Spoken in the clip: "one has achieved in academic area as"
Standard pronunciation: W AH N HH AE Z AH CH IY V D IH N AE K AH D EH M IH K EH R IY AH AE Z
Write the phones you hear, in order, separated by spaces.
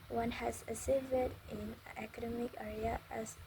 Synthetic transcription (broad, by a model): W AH N HH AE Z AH S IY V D IH N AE K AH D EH M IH K EH R IY AH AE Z